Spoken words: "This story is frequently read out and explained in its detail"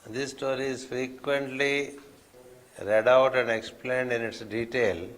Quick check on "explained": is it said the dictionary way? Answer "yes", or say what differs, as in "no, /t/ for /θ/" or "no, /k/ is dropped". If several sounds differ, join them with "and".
yes